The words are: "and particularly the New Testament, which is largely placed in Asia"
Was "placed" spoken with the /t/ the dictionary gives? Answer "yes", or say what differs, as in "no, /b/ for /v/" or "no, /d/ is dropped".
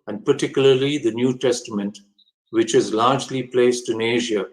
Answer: yes